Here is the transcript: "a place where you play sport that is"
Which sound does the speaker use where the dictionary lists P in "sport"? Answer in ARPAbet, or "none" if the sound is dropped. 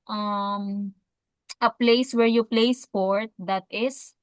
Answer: P